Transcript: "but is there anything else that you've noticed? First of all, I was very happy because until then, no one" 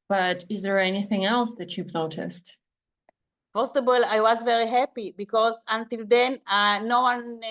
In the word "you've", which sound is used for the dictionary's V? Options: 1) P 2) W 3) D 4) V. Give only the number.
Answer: 1